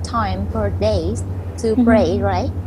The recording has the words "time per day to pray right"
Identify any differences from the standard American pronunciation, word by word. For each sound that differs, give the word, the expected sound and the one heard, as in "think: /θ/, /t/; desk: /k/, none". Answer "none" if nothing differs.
per: /p/, /f/